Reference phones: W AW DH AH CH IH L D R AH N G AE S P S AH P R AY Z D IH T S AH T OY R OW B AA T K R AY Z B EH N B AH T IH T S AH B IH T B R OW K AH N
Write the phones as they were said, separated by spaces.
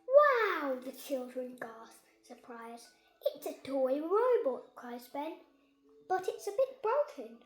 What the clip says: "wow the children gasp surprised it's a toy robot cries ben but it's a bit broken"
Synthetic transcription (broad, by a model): W AW DH AH CH IH L D R AH N G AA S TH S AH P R AY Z IH T S AH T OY R OW B AA T K R AY Z B EH N B AH T IH T S AH B IH T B R OW K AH N